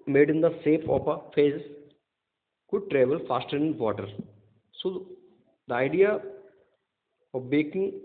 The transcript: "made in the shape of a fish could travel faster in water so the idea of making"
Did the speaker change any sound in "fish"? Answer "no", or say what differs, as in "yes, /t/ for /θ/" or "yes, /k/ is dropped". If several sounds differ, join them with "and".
yes, /s/ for /ʃ/